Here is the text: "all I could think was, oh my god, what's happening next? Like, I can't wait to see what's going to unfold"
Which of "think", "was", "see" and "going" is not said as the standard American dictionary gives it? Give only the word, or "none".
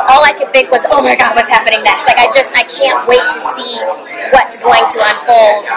none